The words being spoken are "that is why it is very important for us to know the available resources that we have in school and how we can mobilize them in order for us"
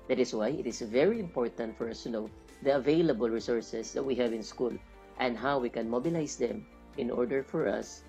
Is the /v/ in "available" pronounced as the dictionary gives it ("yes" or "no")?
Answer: yes